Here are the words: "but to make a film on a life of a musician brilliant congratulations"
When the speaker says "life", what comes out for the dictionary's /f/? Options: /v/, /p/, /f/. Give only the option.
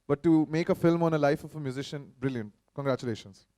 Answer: /f/